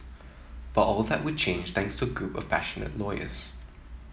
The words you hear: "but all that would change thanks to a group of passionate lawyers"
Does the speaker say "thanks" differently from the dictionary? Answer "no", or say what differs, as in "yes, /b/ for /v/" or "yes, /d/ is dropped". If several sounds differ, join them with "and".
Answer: no